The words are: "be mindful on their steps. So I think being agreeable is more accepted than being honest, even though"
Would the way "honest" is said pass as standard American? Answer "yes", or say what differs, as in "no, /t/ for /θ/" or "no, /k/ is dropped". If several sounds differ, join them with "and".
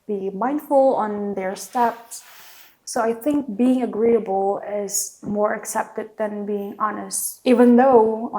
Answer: yes